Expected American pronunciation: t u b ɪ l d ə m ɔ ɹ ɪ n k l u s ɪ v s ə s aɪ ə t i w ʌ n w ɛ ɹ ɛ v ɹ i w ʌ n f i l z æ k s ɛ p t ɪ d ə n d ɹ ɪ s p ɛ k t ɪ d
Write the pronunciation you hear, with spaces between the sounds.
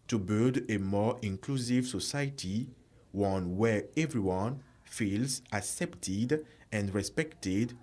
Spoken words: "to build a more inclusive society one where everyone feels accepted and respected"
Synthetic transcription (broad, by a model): t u b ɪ l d ə m ɔ ɹ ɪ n k l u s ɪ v s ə s aɪ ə t i w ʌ n w ɛ ɹ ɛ v ɹ i w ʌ n f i l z æ k s ɛ p t ɪ d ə n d ɹ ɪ s p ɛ k t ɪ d